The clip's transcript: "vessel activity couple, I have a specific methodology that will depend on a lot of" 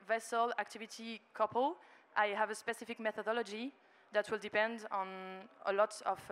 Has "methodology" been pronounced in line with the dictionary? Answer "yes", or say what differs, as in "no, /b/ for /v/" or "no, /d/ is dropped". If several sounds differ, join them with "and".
yes